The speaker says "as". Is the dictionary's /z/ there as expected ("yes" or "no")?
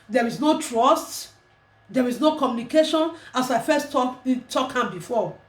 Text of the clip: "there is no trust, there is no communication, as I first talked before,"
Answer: no